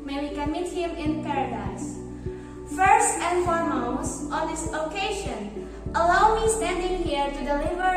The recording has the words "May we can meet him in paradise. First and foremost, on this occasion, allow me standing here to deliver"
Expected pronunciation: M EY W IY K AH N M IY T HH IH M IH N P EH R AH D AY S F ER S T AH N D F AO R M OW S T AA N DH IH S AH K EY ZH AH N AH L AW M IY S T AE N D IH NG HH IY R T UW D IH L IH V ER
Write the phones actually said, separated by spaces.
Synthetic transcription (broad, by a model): M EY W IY K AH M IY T HH IH M IH N P EH R AH D AY S F ER S T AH N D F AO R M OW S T AA N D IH S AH K EY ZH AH N AH L AW M IY S T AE N D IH NG HH IY R T UW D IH L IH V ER